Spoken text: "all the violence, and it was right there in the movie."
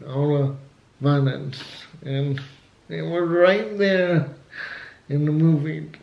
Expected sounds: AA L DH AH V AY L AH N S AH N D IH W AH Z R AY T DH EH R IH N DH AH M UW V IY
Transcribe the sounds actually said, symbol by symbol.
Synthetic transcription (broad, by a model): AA L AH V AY N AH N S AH N IH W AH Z R AY T DH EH R IH N DH AH M UW V IY